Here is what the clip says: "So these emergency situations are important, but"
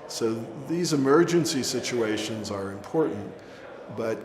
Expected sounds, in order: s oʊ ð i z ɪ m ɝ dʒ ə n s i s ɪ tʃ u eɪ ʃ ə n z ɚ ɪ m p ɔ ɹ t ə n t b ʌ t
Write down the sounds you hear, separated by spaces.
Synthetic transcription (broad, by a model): s oʊ ð i z ɪ m ɝ dʒ ə n s i s ɪ tʃ u eɪ ʃ ə n z ɚ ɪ m p ɔ ɹ t n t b ʌ t